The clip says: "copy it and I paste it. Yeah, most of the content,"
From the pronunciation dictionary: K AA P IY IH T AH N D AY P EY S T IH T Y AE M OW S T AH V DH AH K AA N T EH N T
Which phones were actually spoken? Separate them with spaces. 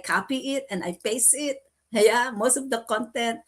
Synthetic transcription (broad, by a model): K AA P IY IH T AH N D AY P EY S IH T Y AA M OW S T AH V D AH K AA N T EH N T